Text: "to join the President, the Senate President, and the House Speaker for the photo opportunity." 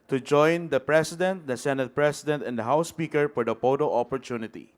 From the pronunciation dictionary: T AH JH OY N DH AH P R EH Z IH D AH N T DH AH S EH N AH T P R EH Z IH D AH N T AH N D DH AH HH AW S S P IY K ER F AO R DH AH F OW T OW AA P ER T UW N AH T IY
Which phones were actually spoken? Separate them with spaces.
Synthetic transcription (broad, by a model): T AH JH OY N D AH P R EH S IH D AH N T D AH S EH N AH T P R EH S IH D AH N T AH N D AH HH AW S S P IY K ER F AO R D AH P OW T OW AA P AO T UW N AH T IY